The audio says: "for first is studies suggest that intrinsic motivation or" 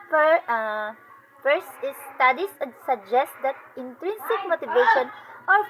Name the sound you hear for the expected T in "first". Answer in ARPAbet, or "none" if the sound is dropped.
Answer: none